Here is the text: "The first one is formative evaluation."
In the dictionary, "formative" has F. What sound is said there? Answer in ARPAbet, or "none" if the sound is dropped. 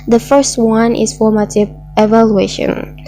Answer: F